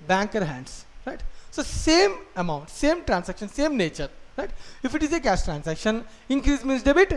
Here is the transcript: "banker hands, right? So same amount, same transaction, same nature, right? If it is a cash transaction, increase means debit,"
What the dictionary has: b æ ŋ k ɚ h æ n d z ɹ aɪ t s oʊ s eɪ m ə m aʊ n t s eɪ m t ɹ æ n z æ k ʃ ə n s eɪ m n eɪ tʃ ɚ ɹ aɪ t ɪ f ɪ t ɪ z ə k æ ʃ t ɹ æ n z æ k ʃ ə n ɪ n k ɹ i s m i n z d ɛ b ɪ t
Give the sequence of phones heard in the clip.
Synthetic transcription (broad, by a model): b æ ŋ k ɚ h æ n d s ɹ aɪ t s oʊ s eɪ m ə m aʊ n t s eɪ m t ɹ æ n s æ k ʃ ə n s eɪ m n eɪ tʃ ɚ ɹ aɪ t ɪ f ɪ t ɪ z ə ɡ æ s t ɹ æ n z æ k ʃ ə n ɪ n k ɹ i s m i n s d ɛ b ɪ t